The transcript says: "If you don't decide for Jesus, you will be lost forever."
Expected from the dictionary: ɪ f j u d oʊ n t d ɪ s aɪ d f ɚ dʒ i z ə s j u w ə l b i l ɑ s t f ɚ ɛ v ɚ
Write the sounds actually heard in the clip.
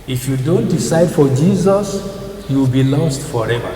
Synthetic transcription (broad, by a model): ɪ f j u d oʊ n t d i s aɪ d f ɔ dʒ i z ə s j u w ə l b i l ɑ s t f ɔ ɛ v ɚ